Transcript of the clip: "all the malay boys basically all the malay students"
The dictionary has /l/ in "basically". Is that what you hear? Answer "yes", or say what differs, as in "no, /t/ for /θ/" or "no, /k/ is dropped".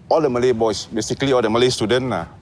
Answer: yes